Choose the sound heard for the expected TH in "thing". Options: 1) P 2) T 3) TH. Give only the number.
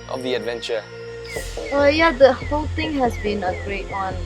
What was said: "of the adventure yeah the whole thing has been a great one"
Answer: 2